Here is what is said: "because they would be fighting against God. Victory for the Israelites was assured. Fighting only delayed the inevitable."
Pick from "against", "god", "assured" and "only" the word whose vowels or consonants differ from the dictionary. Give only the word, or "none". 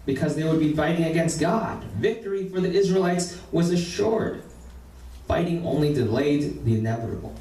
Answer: none